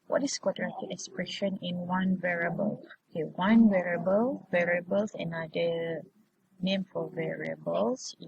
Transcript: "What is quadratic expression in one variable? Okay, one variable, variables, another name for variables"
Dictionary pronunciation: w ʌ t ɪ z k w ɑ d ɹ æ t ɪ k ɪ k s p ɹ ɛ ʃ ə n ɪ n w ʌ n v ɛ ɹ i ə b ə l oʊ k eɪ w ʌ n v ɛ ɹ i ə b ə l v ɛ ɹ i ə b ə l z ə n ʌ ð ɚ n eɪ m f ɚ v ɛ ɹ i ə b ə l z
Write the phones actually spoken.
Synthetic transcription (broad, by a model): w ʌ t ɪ s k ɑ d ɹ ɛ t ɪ ɪ k s p ɹ ɛ ʃ ə n ɪ n w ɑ n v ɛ ɹ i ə b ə l oʊ k eɪ w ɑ n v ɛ ɹ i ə b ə l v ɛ ɹ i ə b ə l s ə n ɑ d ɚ n eɪ m f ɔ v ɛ ɹ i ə b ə l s